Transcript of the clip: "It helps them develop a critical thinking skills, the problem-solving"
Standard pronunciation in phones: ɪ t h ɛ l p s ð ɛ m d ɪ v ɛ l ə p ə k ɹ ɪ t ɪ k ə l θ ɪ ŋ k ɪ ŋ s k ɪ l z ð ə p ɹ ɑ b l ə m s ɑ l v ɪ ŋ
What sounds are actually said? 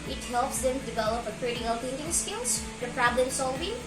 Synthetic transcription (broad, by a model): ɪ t h ɛ l p s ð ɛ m d ɪ v ɛ l ə p ə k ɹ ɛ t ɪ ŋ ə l t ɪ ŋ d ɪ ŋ s k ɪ l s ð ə p ɹ ɑ b l ə m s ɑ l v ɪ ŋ